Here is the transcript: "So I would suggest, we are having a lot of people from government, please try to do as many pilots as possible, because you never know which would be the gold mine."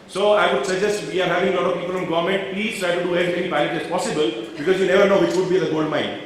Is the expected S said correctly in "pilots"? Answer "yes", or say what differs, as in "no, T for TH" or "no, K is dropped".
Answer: no, S is dropped